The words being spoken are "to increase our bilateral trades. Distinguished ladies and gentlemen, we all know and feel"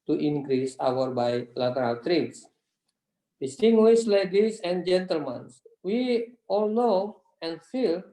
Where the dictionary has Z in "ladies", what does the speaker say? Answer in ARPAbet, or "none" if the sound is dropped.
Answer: S